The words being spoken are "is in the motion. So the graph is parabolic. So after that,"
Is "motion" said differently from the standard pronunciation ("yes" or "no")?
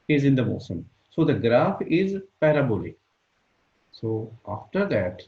yes